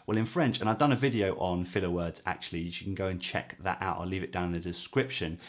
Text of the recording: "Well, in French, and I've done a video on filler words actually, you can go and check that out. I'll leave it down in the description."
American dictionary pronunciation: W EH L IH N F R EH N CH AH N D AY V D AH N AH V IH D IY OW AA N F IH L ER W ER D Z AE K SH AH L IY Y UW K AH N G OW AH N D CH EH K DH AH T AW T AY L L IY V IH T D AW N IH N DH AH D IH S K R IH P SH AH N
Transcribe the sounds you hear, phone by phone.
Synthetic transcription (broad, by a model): W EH L IH N F R EH N CH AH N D AY V D AH N AH V IH D IY OW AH N F IH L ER W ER D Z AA K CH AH L IY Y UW K AH N G OW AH N CH EH K DH AH T AW T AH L L IY V IH T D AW IH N DH AH D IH S K R IH P SH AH N